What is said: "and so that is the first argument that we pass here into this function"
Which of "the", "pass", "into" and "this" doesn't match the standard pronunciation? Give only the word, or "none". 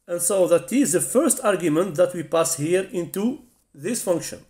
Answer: none